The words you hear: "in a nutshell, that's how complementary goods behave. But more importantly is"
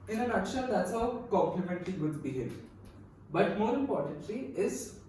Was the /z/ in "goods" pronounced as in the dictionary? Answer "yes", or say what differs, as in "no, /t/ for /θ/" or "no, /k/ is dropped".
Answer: no, /z/ is dropped